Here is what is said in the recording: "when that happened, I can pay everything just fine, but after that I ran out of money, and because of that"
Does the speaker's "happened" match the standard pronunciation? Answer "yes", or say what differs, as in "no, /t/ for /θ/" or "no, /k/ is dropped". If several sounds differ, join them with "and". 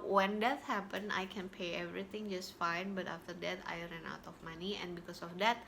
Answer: no, /d/ is dropped